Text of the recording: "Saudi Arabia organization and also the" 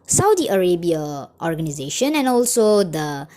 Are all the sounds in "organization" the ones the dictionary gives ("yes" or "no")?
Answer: yes